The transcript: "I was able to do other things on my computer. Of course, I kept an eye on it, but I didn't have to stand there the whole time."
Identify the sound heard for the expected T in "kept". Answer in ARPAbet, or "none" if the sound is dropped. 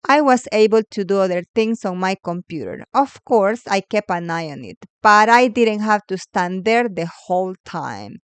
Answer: none